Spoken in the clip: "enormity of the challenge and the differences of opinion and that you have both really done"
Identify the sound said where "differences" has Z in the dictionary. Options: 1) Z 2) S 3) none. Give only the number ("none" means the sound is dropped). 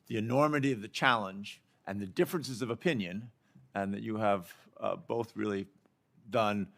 1